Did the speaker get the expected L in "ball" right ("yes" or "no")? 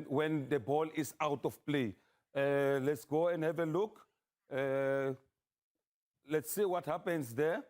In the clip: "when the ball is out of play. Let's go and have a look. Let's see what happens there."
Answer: yes